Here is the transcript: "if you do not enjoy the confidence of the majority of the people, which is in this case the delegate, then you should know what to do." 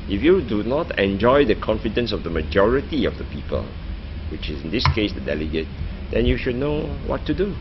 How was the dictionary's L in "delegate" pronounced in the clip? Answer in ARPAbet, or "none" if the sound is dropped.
L